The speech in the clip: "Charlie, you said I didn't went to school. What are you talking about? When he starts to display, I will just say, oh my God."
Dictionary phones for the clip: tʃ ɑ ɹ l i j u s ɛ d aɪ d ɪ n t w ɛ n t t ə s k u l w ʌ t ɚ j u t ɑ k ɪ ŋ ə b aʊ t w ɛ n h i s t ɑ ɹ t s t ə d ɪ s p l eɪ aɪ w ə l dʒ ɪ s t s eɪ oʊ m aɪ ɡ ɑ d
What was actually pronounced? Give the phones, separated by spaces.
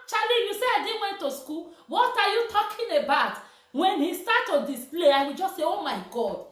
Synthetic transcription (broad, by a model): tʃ ɑ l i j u s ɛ aɪ d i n w ɛ n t t ə s k u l w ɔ t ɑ j u t ɑ k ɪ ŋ ə b aʊ t w ɛ n h i s t ɑ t t ə d ɪ s p l eɪ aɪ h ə dʒ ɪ s s eɪ oʊ m aɪ ɡ ɑ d